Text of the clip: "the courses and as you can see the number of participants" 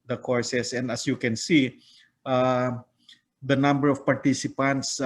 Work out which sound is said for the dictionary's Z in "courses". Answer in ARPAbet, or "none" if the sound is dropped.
S